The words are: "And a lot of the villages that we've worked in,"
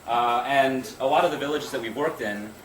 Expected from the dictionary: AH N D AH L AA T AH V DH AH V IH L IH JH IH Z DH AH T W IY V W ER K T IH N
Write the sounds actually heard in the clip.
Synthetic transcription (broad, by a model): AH N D AH L AA T AH V DH AH V IH L IH JH IH Z DH AH T W IY V W ER K T IH N